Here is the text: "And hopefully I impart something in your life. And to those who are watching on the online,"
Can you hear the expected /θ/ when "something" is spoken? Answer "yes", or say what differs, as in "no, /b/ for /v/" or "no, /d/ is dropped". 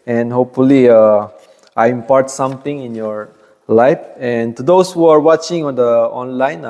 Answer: no, /t/ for /θ/